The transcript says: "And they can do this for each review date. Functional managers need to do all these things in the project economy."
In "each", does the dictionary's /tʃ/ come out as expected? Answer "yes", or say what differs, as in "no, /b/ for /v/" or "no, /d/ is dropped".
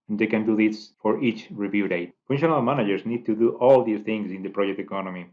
yes